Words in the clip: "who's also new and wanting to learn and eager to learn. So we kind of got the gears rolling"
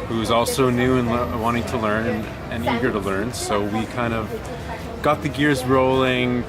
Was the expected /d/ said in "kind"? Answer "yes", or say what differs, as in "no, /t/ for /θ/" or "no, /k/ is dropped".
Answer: yes